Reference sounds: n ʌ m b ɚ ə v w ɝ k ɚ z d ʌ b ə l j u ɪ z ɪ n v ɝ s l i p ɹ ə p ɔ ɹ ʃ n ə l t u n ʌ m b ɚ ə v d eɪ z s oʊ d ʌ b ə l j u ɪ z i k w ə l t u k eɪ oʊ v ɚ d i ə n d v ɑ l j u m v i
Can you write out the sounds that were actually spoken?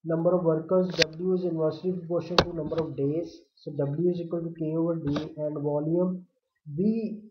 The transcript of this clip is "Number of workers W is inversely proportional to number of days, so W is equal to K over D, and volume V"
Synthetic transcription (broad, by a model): n ʌ m b ɚ ə v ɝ k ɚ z d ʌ b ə l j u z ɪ n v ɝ s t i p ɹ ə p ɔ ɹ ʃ ə n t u n ʌ m b ɚ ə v d eɪ z s oʊ d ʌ b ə l j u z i k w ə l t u k eɪ oʊ v ɚ d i ə n d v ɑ l j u m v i